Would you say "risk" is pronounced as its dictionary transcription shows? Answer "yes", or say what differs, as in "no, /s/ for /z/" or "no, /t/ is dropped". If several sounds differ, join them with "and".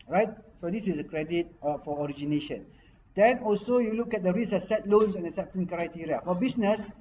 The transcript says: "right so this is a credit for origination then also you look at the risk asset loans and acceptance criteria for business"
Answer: no, /k/ is dropped